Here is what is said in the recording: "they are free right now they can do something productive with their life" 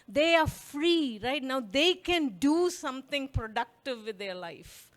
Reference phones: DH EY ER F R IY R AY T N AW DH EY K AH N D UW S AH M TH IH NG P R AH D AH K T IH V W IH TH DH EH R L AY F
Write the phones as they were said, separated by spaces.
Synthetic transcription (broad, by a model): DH EY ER F R IY R AY T N AW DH EY K AH N D UW S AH M T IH NG P R AH D AH K T IH V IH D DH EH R L AY F